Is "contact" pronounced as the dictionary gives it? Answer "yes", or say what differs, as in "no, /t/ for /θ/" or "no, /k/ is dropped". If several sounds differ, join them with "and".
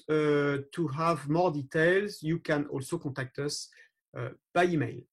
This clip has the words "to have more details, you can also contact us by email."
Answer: no, /n/ is dropped